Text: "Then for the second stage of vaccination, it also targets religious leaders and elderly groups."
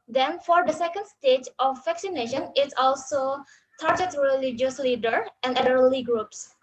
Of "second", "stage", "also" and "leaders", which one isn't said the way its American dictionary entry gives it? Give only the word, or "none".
leaders